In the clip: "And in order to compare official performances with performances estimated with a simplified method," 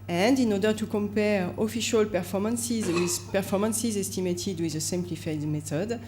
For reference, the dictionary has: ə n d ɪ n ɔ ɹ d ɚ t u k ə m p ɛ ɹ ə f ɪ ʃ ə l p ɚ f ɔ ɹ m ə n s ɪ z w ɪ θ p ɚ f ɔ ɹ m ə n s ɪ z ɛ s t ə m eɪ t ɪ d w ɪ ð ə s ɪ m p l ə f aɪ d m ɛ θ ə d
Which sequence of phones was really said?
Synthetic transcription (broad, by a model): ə n d ɪ n ɔ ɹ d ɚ t u k ə m p ɛ ɹ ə f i ʃ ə l p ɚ f ɔ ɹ m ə n s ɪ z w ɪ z p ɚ f ɔ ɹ m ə n s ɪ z ɛ s t ə m eɪ t ɪ d w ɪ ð ə s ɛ m p l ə f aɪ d m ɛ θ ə d